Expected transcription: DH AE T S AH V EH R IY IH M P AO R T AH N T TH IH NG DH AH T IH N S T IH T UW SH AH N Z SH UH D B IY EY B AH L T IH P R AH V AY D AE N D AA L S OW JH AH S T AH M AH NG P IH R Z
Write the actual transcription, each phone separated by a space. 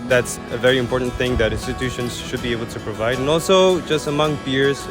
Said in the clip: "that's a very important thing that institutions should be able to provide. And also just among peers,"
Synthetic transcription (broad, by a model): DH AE T S AH V EH R IY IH M P AO R T N TH IH NG DH AH T IH N S T IH T UW SH AH N Z SH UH D B IY EY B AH L T IH P R AH V AY D N AA L S OW JH AH S T AH M AH NG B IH R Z